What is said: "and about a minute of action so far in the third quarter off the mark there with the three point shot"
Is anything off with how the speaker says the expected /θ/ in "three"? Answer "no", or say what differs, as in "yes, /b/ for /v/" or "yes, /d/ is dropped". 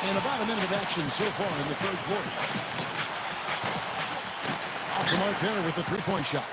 no